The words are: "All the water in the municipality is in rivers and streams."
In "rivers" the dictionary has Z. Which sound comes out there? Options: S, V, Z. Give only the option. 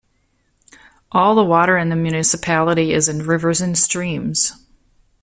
Z